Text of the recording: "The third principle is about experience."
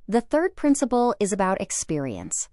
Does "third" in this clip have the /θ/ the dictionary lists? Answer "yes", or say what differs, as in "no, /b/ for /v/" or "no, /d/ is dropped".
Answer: yes